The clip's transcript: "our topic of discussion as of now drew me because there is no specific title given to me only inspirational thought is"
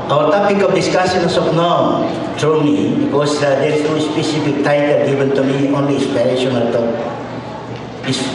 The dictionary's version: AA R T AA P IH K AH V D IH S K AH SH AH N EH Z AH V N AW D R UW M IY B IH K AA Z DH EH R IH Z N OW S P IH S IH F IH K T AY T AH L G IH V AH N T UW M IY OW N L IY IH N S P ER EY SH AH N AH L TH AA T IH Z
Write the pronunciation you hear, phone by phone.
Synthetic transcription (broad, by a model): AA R T AA P IH K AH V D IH S K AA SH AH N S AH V N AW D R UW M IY B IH K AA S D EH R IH S N OW S P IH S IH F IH K T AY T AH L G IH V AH N T UW M IY OW N L IY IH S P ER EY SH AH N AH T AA IH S